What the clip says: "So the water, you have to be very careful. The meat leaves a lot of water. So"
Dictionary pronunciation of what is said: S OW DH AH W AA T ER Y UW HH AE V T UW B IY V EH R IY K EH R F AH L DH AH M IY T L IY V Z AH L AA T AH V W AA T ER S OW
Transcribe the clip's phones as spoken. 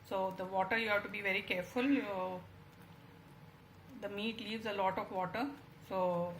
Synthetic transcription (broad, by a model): S OW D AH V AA T ER Y UW HH AE V T UW B IY V EH R IY K EH R F AH L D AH M IY T L IY V Z AH L AA T AH V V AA T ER S OW